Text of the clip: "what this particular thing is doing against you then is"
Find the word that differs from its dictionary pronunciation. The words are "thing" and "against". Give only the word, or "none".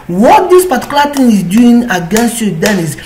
thing